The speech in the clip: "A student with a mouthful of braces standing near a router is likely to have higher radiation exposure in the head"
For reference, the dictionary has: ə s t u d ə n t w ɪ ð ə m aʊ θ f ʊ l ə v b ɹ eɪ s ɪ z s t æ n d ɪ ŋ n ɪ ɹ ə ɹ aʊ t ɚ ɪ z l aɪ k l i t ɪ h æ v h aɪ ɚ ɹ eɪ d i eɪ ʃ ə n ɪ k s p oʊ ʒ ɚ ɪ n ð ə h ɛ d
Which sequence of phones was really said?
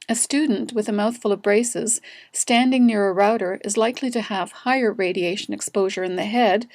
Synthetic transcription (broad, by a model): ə s t u d n t w ɪ ð ə m aʊ θ f ʊ l ə v b ɹ eɪ s ɪ z s t æ n d ɪ ŋ n ɪ ɹ ə ɹ aʊ t ɚ ɪ z l aɪ k l i t ɪ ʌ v h aɪ ɚ ɹ eɪ d i eɪ ʃ ə n ɪ k s p oʊ ʒ ɚ ɪ n ð ə h ɛ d